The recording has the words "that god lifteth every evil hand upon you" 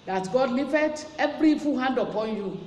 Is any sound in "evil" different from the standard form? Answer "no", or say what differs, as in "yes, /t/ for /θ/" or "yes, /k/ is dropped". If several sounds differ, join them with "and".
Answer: yes, /f/ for /v/